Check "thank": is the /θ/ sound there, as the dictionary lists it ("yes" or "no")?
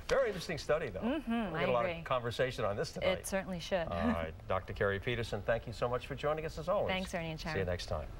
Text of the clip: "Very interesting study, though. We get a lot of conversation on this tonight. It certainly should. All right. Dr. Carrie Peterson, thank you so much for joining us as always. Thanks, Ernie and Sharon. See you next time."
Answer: yes